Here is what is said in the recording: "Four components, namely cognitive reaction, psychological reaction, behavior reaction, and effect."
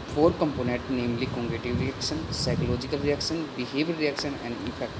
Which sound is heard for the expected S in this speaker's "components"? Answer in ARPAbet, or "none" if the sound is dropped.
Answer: none